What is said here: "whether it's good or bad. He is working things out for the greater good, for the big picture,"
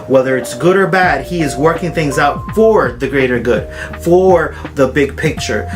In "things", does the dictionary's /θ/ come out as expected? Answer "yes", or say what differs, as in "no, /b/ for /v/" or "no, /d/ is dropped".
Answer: yes